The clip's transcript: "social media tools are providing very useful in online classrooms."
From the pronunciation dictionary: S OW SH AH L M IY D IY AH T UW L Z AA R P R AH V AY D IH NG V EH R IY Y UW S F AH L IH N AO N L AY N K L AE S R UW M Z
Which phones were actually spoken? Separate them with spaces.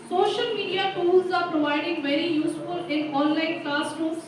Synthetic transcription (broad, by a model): S OW SH AH L M IY D IY AH T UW L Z AA R P R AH V AY D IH NG V EH R IY Y UW S F AH L IH N AO N L AY N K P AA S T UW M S